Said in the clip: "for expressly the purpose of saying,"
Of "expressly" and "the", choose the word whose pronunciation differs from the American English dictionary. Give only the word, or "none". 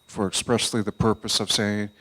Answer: none